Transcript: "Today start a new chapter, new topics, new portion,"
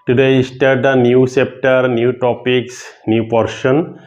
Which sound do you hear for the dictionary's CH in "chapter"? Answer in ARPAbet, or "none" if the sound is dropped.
S